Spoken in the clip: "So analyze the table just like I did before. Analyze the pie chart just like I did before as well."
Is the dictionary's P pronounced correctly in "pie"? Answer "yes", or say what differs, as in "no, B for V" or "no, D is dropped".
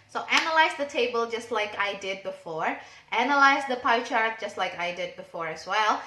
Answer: yes